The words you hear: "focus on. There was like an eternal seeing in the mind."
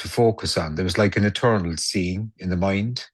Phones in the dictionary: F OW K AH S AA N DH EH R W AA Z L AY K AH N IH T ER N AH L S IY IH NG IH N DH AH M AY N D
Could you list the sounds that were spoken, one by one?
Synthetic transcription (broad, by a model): F OW K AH S N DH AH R W AA Z L AY K AH N IH T ER N AH L S IY IH NG IH N DH AH M AY N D